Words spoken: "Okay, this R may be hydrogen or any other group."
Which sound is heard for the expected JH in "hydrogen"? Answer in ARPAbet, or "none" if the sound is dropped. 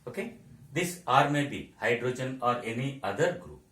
JH